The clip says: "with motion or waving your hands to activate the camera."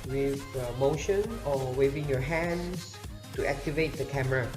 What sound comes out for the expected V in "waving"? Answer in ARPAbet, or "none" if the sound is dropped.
V